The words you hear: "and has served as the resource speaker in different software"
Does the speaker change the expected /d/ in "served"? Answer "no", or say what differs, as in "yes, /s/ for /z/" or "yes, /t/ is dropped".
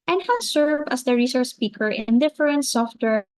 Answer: yes, /d/ is dropped